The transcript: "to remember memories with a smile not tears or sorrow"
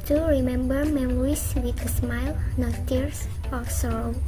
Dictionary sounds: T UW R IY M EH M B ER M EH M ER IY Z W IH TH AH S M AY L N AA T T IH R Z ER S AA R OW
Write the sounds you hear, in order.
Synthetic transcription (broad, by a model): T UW R IY M EH M B ER M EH M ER IY S W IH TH AH S M AY L N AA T T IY R S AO S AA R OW